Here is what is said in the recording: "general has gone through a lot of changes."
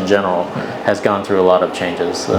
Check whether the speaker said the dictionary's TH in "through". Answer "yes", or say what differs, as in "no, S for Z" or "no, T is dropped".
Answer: yes